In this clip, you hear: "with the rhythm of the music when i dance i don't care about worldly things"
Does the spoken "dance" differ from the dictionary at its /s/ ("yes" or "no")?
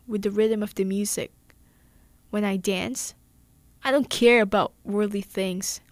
no